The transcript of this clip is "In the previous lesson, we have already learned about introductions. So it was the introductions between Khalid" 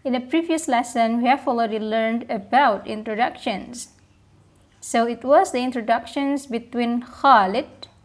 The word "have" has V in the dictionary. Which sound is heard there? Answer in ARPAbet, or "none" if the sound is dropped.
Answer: F